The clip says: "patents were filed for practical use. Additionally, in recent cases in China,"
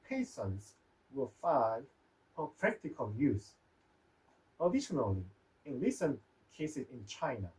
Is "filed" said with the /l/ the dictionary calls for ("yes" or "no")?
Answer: no